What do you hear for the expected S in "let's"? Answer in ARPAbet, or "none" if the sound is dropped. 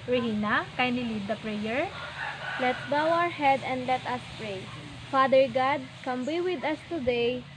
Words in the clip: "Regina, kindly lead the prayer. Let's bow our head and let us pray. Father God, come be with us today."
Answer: none